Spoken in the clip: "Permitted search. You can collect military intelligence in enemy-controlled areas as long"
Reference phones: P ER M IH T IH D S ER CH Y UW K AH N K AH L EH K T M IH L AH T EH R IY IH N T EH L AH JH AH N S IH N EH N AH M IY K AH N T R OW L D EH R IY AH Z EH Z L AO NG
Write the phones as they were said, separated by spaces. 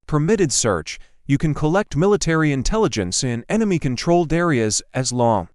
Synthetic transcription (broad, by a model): P ER M IH T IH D S ER CH Y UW K AH N K AH L EH K T M IH L AH T EH R IY IH N T EH L AH JH AH N S IH N EH N AH M IY K AH N T R OW L D EH R IY AH Z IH Z L AO NG